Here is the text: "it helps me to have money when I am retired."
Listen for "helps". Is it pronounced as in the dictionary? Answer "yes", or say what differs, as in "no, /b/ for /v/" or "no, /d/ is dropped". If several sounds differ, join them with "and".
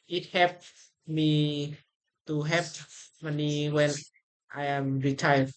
no, /l/ is dropped and /s/ is dropped